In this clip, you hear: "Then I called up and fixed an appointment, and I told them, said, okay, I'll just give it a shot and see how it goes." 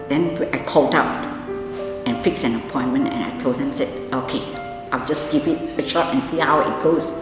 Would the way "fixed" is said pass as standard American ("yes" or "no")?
no